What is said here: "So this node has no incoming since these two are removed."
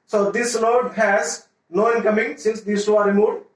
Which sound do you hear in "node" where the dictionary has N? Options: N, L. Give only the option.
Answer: L